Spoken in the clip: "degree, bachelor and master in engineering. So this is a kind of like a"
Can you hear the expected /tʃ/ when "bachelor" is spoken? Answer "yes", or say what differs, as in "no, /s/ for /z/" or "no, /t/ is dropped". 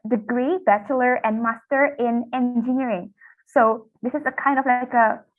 yes